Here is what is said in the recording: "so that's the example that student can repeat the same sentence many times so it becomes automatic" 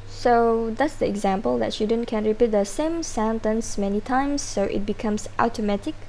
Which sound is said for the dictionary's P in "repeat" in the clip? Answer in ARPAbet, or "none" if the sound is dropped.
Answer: P